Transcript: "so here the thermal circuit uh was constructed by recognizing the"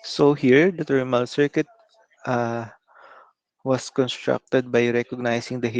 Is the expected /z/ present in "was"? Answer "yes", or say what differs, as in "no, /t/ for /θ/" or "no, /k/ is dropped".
no, /s/ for /z/